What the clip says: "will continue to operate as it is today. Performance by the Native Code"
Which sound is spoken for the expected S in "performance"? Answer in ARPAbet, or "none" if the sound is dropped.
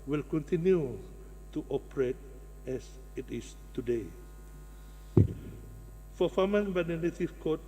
none